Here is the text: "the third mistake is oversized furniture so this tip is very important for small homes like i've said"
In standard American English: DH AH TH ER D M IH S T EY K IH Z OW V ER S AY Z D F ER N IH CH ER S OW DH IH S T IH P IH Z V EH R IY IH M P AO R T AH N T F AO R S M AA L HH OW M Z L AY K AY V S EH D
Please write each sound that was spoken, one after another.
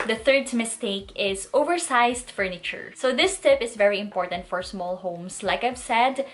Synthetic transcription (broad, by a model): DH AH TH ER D M IH S T EY K IH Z OW V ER S AY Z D F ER N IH CH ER S OW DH IH S T IH P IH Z V EH R IY IH M P AO R T AH N T F AO R S M AA L HH OW M S L AY K AY V S EH D